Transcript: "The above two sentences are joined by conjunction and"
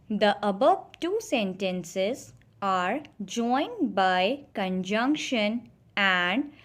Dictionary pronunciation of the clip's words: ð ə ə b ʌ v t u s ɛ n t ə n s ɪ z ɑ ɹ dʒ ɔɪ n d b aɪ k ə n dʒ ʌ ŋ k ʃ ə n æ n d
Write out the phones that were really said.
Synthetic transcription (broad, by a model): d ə ə b ʌ v t u s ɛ n t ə n s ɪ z ɑ ɹ dʒ ɔɪ n d b aɪ k ə n dʒ ʌ ŋ k ʃ ə n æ n d